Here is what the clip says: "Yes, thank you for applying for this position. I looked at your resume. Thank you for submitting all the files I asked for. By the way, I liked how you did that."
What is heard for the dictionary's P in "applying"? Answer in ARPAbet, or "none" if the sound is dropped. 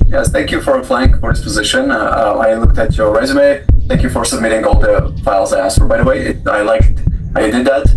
F